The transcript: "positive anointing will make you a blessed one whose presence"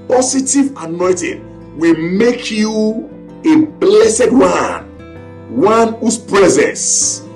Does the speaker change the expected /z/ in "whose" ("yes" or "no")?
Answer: yes